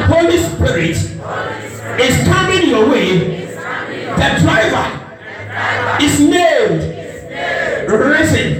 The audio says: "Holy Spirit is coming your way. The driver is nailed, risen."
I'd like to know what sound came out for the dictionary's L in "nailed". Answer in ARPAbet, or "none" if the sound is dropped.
N